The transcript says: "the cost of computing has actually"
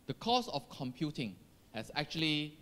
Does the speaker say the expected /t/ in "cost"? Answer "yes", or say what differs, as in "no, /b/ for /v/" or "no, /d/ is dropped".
no, /t/ is dropped